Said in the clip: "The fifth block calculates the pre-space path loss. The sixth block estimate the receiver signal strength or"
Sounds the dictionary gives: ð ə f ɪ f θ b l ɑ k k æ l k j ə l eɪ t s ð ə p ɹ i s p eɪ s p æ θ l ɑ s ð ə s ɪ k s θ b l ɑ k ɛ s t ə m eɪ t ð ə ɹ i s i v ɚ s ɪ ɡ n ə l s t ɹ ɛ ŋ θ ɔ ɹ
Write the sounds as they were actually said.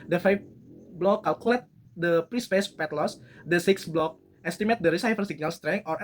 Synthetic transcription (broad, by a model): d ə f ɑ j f b l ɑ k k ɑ l k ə l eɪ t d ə p ɹ i s p eɪ s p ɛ t l ɑ s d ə s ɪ k s b l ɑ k ɛ s t ə m eɪ t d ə ɹ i s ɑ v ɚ s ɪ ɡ n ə l s t ɹ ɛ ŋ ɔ ɹ